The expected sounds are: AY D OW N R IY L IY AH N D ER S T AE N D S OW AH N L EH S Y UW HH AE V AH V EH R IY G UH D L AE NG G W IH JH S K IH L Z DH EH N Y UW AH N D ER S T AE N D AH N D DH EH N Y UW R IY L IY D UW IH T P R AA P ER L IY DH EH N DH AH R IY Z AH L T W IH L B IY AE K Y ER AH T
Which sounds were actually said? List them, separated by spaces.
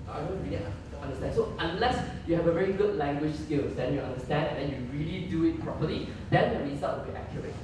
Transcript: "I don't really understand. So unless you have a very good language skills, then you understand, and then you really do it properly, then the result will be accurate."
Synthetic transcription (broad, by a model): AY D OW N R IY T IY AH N D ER S T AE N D S OW AH N L EH S Y UW HH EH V AH V EH R IY G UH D L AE NG G W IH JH S K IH L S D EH N Y UW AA N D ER S T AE N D AH N D EH N Y UW R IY L IY D UW IH T P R AA P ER L IY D EH N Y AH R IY S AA T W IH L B IY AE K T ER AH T